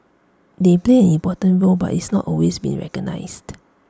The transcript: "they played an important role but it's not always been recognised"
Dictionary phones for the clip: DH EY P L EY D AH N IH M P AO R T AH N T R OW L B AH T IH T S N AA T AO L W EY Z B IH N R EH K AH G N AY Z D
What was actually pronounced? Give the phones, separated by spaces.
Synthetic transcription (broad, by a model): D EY P L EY AH N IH M P AO T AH N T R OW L B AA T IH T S N AA T AO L W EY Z B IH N R EH K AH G N AY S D